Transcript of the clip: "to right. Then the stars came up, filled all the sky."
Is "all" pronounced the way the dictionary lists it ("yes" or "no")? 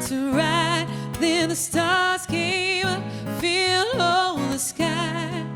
no